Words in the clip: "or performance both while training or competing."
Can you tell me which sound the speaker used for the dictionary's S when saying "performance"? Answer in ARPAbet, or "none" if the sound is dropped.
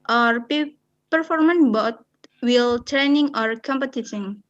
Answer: none